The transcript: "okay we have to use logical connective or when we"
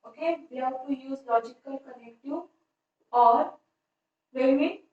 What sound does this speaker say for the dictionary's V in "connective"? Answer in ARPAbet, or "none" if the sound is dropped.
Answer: none